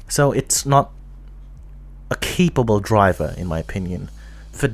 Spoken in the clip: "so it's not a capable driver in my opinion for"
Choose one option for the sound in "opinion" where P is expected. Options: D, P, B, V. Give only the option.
P